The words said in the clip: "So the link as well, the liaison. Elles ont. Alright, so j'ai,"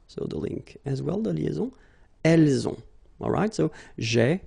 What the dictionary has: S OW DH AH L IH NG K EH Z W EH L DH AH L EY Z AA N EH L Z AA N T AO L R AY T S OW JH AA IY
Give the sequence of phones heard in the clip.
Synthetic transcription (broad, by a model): S OW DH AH L IH NG K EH Z W EH L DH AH L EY Z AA EH L Z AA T AO L R AY T S OW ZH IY